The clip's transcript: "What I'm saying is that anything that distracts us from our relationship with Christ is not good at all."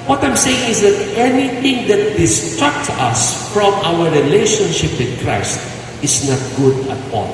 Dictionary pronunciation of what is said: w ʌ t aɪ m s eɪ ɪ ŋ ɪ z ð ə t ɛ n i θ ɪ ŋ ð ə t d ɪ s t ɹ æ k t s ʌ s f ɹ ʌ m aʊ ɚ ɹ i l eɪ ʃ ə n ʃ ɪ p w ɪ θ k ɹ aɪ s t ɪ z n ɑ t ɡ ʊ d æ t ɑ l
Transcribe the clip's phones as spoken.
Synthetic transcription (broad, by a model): w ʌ t aɪ m s eɪ ɪ ŋ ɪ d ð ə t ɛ n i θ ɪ ŋ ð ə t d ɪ s t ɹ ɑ k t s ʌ s f ɹ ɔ m aʊ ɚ ɹ i l eɪ ʃ ə n ʃ ɪ p w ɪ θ k ɹ aɪ s t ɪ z n ɑ t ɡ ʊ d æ t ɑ l